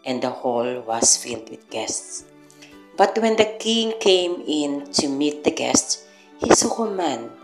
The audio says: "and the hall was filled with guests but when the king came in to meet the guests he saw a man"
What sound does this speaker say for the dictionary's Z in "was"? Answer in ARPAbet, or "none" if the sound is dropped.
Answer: S